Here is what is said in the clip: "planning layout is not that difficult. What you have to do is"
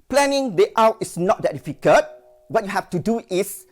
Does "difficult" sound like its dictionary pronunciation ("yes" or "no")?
no